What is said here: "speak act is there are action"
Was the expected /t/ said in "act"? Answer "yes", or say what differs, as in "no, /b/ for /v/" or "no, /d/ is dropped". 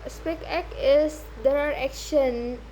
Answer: no, /t/ is dropped